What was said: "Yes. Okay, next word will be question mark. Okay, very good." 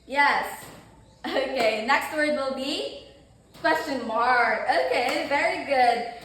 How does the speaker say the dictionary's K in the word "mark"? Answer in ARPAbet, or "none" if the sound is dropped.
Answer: none